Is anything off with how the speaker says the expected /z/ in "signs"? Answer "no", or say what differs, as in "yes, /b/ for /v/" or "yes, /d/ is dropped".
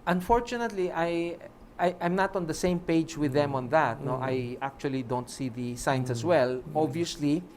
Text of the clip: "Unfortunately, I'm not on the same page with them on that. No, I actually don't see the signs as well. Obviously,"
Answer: yes, /s/ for /z/